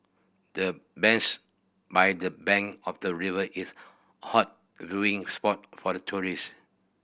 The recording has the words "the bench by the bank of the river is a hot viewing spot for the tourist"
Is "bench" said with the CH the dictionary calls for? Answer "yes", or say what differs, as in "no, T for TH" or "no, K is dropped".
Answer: no, S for CH